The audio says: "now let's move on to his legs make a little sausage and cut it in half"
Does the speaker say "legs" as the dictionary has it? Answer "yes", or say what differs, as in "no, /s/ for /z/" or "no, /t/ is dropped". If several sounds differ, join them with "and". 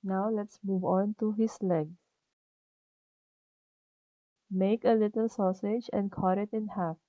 no, /z/ is dropped